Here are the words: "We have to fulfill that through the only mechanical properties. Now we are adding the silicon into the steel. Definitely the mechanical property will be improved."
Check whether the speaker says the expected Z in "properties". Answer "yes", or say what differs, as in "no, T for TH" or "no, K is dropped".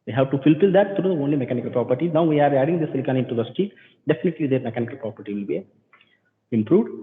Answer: no, Z is dropped